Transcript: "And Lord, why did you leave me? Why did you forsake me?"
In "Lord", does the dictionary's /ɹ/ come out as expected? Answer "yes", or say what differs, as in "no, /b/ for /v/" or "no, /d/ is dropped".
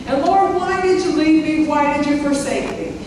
yes